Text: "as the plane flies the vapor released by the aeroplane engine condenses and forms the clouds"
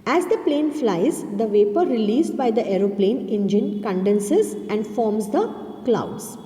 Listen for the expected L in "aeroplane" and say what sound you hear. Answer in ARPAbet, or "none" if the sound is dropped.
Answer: L